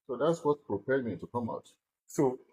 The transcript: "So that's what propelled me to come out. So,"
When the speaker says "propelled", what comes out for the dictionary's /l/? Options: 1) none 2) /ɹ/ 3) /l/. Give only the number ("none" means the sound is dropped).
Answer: 1